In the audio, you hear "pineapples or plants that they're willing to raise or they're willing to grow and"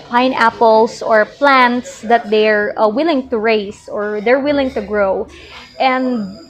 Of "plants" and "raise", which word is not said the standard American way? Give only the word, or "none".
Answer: raise